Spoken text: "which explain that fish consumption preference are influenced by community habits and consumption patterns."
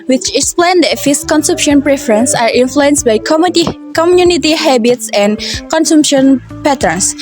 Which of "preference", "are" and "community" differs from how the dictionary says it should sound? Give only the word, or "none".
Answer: none